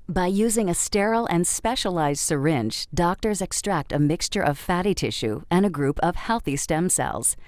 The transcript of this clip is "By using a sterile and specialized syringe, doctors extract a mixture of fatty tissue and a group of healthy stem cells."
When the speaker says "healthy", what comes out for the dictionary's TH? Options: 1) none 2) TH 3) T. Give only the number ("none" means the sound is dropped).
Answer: 2